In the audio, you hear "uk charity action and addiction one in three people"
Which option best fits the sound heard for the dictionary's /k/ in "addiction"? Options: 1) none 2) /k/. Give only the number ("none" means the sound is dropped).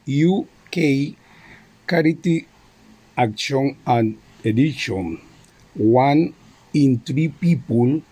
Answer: 1